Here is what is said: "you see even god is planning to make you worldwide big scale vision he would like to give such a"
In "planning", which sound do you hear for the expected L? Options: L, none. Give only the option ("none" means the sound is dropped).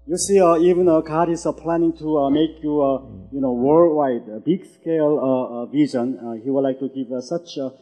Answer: L